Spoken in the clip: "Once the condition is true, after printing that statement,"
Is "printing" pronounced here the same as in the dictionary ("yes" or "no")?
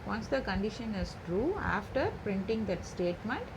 yes